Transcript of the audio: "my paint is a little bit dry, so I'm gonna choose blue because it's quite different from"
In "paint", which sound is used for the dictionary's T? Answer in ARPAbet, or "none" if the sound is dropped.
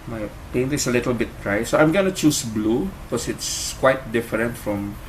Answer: T